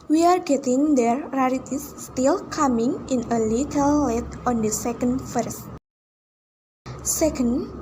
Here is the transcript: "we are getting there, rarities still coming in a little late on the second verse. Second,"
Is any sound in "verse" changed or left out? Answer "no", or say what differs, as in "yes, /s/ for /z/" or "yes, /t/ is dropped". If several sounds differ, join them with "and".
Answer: yes, /f/ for /v/